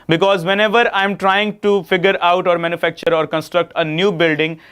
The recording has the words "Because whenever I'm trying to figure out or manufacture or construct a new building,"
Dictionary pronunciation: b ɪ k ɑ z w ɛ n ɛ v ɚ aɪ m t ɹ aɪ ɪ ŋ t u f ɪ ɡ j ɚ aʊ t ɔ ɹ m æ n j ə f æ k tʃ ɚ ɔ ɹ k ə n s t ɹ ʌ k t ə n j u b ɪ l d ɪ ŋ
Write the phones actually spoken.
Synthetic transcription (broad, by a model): b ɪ k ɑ z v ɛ n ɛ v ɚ aɪ m t ɹ aɪ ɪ ŋ t u f ɪ ɡ j ɚ aʊ t ɔ ɹ m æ n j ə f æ k tʃ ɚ ɔ ɹ k ə n s t ɹ ʌ k t ə n j u b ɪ l d ɪ ŋ